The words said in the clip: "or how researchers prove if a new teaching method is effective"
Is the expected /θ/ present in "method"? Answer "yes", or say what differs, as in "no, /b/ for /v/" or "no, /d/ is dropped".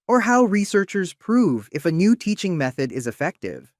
yes